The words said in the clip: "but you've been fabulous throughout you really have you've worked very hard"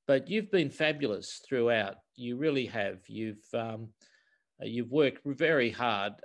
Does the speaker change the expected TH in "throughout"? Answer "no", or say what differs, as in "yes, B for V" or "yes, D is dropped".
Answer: no